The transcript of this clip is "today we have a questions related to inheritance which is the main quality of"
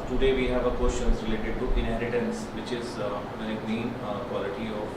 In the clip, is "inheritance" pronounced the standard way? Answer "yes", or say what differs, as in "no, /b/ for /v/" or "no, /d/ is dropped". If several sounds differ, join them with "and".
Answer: yes